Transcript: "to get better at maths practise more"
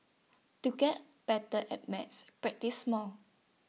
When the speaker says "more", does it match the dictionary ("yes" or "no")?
no